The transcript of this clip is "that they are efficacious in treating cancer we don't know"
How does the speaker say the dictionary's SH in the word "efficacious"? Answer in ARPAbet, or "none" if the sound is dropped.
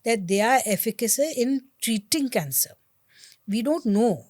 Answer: S